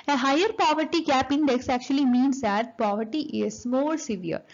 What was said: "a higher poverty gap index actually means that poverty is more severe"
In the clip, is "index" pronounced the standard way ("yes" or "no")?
yes